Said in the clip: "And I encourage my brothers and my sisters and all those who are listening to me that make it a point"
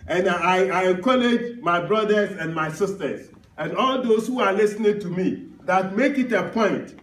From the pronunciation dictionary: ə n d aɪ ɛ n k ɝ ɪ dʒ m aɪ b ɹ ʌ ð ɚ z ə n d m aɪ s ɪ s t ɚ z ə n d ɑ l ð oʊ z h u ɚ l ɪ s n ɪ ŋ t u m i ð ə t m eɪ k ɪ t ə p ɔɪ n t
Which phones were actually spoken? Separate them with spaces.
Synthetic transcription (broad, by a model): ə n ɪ aɪ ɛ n k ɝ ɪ dʒ m aɪ b ɹ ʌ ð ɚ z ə n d m aɪ s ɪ s t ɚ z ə n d ɑ l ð oʊ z h u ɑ l ɪ s n ɪ ŋ t u m i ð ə t m eɪ k ɪ t ə p ɔɪ n t